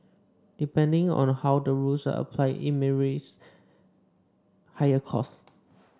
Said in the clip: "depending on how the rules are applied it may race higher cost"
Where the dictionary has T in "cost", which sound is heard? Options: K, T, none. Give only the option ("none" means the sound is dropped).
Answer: none